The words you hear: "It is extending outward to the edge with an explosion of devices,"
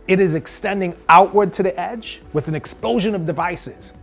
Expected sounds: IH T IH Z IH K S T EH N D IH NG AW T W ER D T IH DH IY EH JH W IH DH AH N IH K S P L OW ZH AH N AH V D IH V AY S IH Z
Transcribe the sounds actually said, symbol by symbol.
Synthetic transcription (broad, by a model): IH T IH Z IH K S T EH N D IH NG AW T W ER D T IH DH IY EH JH W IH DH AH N IH K S P L OW ZH AH N AH V D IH V AY S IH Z